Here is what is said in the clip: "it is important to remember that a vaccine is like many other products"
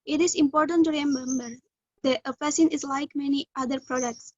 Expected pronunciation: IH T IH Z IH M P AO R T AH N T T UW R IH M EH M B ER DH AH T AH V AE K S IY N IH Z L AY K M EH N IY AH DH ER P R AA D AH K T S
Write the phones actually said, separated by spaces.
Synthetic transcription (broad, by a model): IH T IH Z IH M P AO R T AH N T T UW R IH M EH M B ER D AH T AH F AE S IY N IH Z L AY K M EH N IY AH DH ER P R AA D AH K T S